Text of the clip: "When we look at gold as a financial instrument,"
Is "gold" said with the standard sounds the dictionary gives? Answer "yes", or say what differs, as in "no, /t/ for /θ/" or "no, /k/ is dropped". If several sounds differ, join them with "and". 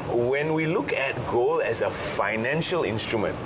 no, /d/ is dropped